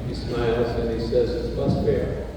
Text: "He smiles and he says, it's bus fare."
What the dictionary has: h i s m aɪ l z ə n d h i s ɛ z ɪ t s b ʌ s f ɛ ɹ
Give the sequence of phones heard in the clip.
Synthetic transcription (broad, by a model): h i s m aɪ l z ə n i s ɛ z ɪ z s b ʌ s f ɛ ɹ